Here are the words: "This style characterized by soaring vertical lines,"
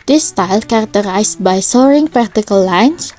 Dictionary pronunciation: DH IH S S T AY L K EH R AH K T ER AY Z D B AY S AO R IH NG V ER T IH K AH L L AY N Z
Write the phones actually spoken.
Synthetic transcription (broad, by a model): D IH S S T AY L K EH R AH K T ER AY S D B AY S AO R IH NG P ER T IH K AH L L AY N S